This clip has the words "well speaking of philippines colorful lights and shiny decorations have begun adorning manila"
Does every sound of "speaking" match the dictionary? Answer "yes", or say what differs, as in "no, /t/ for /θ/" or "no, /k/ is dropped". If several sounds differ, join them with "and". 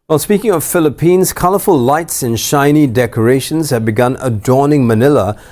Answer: yes